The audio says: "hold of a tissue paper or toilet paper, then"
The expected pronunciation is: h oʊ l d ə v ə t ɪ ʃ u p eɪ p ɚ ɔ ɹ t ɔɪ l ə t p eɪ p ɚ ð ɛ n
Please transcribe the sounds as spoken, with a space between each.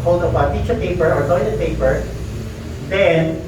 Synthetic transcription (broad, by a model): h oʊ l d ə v ə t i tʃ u p eɪ p ɚ ɔ ɹ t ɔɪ n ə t p eɪ p ɚ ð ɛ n